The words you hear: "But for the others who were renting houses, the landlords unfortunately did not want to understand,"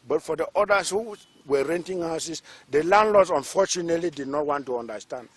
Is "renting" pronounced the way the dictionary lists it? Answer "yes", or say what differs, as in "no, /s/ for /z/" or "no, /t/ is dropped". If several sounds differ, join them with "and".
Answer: yes